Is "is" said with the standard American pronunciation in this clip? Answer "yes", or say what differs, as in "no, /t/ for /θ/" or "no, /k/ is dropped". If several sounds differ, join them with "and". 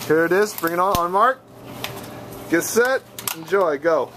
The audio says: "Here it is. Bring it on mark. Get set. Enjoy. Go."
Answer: yes